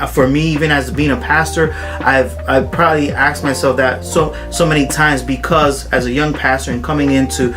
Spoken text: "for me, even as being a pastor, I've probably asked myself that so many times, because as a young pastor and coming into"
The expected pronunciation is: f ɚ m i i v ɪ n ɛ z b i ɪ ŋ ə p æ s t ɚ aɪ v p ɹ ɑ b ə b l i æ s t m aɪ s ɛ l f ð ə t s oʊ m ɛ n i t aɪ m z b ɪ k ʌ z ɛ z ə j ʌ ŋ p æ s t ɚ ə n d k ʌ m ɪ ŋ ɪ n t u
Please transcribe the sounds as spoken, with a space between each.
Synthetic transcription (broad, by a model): f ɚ m i i v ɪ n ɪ z b i ɪ ŋ ə p æ s t ɚ aɪ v p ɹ ɑ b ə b l i æ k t m aɪ s ɛ l f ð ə t s oʊ m ɛ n i t aɪ m z b ɪ k ʌ z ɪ z ə j ʌ ŋ p æ s t ɚ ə n k ʌ m ɪ ŋ ɪ n t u